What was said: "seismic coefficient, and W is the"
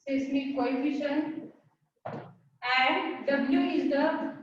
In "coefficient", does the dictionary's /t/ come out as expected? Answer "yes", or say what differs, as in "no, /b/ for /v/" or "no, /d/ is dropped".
no, /t/ is dropped